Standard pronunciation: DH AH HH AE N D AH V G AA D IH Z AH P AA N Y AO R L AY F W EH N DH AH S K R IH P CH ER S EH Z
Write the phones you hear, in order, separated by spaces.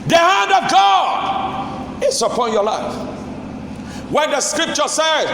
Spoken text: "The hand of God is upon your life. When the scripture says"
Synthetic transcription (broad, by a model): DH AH HH AE N D AH V G AA D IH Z AH P AA N Y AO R L AY F W EH N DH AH S K R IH P CH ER S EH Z